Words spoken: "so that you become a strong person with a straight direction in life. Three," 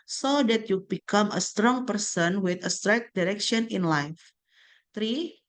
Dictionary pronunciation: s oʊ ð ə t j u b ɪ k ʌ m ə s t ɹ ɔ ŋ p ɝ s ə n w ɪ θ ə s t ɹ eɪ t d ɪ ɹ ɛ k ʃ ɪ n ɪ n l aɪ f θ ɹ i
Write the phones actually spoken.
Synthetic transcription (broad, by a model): s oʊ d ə t j u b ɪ k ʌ m ə s t ɹ ɔ ŋ p ɝ s ə n w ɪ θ ə s t ɹ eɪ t d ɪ ɹ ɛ k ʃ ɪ n ɪ n l aɪ f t ɹ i